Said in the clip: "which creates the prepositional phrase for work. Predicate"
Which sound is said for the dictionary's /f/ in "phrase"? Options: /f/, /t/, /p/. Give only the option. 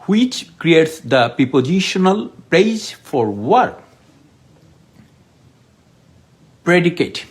/p/